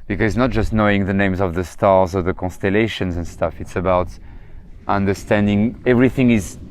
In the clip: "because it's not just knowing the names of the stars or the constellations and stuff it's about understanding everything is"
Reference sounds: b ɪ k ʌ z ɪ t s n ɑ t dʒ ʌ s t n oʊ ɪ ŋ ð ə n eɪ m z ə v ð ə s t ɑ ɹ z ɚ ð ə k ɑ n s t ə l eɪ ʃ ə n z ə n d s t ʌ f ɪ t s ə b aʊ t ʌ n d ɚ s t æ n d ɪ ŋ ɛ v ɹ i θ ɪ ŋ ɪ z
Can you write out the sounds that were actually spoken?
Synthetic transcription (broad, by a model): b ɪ k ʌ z ɪ t s n ɑ t dʒ ʌ s t n oʊ ɪ ŋ ð ə n eɪ m z ə v ð ə s t ɑ ɹ z ɚ ð ə k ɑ n s t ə l eɪ ʃ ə n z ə n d s t ʌ f ɪ t s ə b aʊ t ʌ n d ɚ s t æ n d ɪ ŋ ɛ v ɹ i θ ɪ ŋ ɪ z